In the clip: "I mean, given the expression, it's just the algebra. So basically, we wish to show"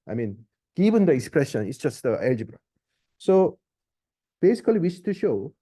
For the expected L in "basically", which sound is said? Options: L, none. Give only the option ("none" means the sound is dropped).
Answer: none